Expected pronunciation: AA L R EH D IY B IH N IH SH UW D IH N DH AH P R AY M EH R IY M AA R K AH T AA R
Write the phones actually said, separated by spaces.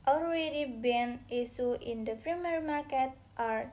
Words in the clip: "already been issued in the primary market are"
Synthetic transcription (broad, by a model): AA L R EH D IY B IH N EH S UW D IH N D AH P R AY M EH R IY M AA R K AH T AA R